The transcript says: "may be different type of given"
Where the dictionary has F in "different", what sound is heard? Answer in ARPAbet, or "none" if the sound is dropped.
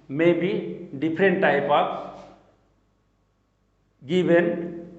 P